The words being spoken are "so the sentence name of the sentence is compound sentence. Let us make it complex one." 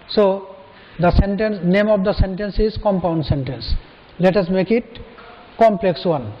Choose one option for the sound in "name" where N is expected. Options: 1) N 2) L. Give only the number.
1